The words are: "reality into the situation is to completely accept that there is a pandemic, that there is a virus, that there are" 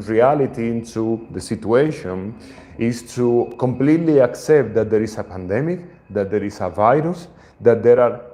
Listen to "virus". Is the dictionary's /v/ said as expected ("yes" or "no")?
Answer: yes